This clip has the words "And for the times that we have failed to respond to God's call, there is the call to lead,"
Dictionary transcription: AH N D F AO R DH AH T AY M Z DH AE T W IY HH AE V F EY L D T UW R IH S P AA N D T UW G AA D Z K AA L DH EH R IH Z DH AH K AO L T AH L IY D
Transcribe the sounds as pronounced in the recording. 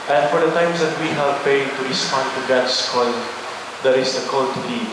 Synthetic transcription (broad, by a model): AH N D F AO R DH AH T AY M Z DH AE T W IY HH AE V P EY D T UW R IH S P AA N D T UW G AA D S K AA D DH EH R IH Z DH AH K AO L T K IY